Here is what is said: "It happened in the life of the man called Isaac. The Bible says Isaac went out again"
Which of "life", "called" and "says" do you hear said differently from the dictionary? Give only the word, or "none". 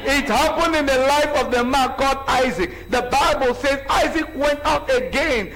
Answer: called